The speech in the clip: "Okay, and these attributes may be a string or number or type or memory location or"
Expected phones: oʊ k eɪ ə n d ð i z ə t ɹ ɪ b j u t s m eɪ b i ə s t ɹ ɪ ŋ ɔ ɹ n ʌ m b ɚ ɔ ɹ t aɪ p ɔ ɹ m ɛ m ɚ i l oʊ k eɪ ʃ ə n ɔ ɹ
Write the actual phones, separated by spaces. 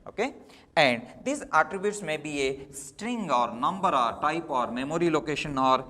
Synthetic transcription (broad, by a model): oʊ k eɪ ə n d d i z ə t ɹ ɪ b j u t s m eɪ b i ə s t ɹ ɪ ŋ ɔ ɹ n ʌ m b ɚ ɔ ɹ t aɪ p ɔ ɹ m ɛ m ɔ i l oʊ k eɪ ʃ ə n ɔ ɹ